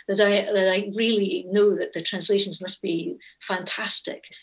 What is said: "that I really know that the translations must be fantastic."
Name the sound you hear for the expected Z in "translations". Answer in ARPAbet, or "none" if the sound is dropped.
Z